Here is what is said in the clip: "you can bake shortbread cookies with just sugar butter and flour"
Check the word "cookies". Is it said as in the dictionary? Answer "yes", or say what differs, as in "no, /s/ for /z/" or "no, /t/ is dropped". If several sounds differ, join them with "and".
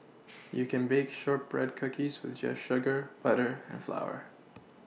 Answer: yes